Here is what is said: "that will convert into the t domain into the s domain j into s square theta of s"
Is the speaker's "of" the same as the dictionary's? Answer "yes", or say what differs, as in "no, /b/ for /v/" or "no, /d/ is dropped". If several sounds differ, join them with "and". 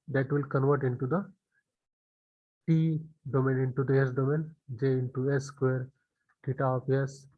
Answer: no, /p/ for /v/